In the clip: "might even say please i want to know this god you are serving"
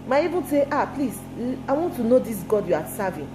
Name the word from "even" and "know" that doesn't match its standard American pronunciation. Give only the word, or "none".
even